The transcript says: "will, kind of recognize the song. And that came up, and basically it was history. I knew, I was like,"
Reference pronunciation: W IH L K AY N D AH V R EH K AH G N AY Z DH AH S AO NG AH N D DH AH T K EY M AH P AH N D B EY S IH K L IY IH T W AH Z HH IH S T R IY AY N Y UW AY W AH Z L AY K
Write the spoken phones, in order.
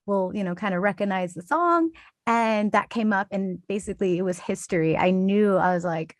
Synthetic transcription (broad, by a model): W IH L K AY N D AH R EH K AH G N AY Z DH AH S AO NG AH N DH AH T K EY M AH P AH N B EY S IH K L IY IH T W AH Z HH IH S T R IY AY N Y UW AY W AH Z L AY K